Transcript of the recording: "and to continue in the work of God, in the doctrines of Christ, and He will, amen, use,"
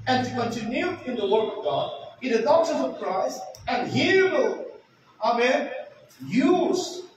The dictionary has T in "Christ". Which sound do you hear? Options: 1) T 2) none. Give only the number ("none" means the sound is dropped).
2